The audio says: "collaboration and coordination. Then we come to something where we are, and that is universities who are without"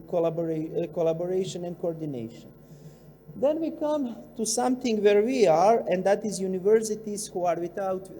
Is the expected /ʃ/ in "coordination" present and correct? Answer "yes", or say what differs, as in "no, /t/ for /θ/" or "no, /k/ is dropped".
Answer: yes